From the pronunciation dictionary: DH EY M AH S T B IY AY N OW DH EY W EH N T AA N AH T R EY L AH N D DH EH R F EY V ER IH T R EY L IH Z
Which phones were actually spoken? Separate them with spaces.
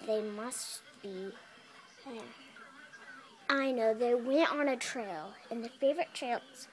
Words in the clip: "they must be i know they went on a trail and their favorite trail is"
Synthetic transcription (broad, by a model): DH EY M AH S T B IY AY N OW DH EY W EH N T N AH T R EY L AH N DH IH F EY V ER IH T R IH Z